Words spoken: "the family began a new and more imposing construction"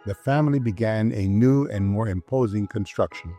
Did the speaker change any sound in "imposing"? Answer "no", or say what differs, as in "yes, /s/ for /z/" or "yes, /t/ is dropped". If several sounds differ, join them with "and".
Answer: no